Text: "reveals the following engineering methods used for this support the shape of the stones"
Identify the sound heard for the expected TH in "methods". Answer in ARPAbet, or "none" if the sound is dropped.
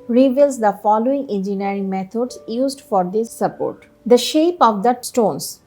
T